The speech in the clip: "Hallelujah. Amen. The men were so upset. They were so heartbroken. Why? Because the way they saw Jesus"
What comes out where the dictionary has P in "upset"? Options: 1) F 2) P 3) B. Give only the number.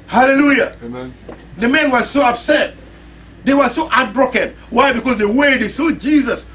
3